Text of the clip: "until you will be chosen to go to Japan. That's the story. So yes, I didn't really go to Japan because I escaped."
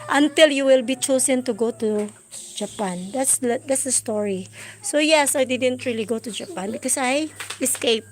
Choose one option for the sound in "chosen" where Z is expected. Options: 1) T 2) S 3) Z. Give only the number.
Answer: 2